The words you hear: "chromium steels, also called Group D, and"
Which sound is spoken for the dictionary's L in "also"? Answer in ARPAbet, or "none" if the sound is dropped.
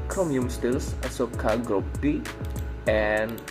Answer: none